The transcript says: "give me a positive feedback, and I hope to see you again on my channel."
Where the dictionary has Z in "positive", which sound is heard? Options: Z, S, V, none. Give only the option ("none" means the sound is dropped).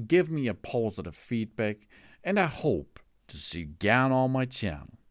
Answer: Z